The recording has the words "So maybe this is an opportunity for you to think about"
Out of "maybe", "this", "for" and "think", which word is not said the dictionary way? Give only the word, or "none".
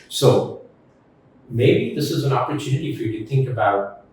none